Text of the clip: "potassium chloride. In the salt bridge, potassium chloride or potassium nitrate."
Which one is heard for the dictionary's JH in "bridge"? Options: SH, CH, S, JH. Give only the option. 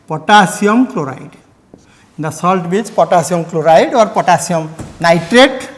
CH